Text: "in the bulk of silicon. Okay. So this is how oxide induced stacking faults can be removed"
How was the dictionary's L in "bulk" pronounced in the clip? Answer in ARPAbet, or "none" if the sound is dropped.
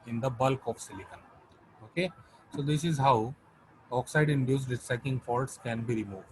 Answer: L